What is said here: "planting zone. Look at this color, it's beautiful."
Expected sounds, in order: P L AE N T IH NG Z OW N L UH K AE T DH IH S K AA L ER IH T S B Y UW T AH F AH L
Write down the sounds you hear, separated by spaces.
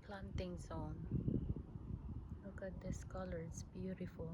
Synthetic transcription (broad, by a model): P L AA N T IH NG S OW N L UH K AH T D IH S K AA L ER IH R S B Y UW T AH F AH L